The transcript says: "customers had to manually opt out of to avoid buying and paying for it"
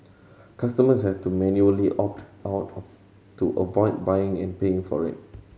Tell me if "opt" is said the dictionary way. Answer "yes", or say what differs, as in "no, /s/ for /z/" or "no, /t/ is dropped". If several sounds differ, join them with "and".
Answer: yes